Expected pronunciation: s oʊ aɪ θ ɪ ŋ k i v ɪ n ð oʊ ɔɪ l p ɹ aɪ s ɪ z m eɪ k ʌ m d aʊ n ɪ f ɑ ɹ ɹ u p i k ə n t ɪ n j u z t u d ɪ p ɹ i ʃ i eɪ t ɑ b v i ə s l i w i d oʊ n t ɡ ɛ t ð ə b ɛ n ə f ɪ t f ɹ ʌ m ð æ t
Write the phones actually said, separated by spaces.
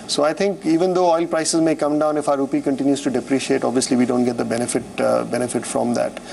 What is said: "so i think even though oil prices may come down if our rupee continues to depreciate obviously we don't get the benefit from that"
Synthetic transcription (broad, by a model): s oʊ aɪ t ɪ ŋ k i v ɪ n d oʊ ɔɪ l p ɹ aɪ s ɪ z m eɪ k ʌ m d aʊ n ɪ f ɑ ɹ ɹ u p i k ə n t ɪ n j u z t u d ɪ p ɹ i ʃ i eɪ t ɑ b v i ə s l i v i d oʊ n t ɡ ɛ t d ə b ɛ n ə f ɪ t f ɹ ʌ m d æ t